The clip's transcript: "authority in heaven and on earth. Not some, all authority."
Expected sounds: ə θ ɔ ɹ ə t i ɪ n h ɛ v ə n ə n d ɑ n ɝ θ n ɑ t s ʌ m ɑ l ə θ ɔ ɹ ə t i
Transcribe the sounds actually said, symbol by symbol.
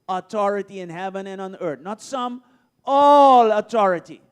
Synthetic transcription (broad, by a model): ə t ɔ ɹ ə t i ɪ n h ɛ v ə n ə n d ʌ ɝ t n ɑ t s ʌ m ɑ l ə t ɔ ɹ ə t i